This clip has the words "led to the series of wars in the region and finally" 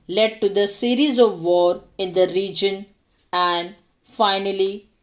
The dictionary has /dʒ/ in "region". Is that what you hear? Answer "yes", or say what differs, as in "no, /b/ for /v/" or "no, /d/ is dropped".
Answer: yes